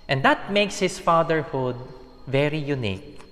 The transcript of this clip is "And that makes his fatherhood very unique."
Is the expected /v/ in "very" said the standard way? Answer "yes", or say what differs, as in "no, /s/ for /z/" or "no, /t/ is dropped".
yes